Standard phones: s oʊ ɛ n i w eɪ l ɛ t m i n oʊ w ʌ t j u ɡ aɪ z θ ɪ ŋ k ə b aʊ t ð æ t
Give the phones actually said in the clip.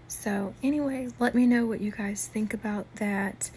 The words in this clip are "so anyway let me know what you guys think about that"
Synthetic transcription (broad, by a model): s oʊ ɛ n i w eɪ l ɛ t m i n oʊ w ʌ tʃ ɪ ɡ aɪ z θ ɪ ŋ k ə b aʊ t ð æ t